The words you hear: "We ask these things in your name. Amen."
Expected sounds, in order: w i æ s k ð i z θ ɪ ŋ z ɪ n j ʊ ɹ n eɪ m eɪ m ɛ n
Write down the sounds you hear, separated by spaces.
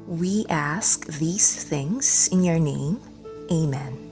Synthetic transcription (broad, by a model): w i æ s k ð i z θ ɪ ŋ z ɪ n j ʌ ɹ n eɪ m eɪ m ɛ n